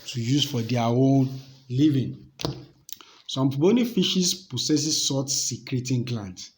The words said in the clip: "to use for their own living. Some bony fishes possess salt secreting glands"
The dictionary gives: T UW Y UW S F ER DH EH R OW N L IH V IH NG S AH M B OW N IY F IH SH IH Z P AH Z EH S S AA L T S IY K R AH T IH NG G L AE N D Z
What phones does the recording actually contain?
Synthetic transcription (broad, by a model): T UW Y UW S F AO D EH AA OW N L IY V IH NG S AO M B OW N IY F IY SH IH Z P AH S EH S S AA T S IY K R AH T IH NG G L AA N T